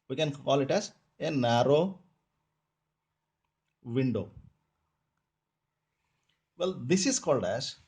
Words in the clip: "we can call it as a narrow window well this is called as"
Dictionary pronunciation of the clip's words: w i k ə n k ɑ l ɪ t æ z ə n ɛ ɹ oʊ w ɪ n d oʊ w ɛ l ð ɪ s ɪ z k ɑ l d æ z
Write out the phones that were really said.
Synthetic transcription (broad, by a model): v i k ə n k ɑ l ɪ t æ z ə n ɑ ɹ oʊ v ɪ n d oʊ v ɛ l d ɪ s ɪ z k ɑ l d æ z